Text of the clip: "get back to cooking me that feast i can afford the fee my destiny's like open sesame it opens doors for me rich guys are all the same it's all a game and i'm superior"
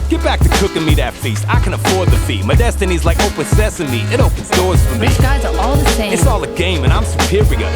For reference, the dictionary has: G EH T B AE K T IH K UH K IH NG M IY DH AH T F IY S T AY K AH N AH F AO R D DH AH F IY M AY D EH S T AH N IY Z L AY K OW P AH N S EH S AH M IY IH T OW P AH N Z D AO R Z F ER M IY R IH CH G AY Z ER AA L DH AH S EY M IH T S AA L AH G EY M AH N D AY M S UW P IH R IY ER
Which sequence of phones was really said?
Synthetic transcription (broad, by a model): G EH T B AE K T IH K UH K IH NG M IY DH AH T F IY S T AY K AH N AH F AO R D DH AH F IY M AY D EH S T AH N IY Z L AY K OW P AH N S EH S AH M IY IH T OW P AH N Z D AO R Z F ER M IY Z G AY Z ER AA L DH AH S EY IH T S AA L AH G EY M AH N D AY M S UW P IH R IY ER